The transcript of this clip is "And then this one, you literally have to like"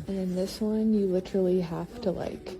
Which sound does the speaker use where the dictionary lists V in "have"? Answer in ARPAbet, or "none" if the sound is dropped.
F